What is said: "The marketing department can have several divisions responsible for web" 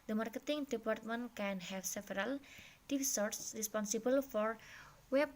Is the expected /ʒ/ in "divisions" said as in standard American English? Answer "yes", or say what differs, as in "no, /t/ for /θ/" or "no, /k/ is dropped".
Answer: no, /s/ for /ʒ/